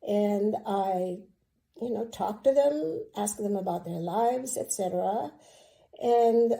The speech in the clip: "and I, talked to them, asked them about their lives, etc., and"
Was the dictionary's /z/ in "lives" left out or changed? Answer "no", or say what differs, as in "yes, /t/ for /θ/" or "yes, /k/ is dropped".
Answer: no